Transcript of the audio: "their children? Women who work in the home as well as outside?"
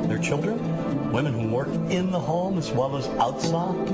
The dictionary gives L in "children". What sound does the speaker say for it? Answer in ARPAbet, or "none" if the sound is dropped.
L